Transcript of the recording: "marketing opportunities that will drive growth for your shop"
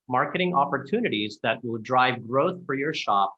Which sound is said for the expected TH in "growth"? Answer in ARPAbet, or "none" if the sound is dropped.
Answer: TH